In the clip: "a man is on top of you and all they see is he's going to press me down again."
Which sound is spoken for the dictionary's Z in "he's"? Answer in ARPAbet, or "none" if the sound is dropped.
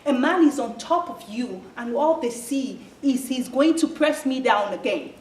Z